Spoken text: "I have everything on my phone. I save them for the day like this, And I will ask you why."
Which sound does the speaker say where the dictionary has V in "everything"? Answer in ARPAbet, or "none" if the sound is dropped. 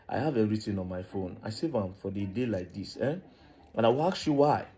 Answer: none